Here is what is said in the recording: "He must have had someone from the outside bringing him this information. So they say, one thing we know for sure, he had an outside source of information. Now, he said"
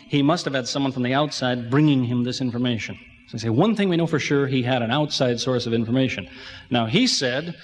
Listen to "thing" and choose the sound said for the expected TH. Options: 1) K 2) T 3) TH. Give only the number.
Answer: 3